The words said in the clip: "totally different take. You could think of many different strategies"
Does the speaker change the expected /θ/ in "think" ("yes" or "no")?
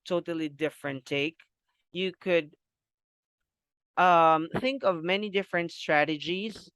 no